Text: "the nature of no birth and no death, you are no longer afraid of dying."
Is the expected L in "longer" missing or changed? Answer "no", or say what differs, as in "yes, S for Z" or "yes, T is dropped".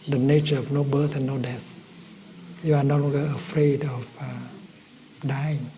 yes, N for L